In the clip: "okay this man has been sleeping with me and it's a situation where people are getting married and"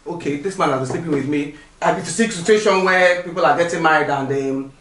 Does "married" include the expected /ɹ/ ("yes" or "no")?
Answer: no